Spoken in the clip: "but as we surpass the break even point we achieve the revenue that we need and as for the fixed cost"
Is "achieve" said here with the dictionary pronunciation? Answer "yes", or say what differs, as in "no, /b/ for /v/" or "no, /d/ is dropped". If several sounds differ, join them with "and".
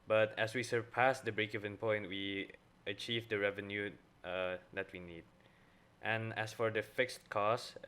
yes